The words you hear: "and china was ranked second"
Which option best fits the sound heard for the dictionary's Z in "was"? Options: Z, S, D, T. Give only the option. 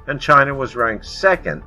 Z